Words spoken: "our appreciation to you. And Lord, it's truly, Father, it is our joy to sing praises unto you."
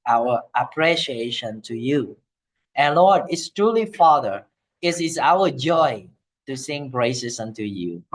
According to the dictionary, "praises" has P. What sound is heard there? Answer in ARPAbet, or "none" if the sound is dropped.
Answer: B